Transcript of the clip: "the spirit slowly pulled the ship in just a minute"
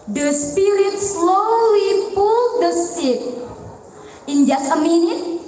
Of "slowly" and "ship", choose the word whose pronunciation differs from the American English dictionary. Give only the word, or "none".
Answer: ship